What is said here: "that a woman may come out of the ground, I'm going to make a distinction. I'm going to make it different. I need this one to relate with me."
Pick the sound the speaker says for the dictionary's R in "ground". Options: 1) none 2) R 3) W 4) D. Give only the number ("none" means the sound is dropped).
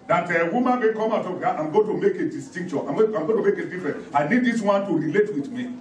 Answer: 1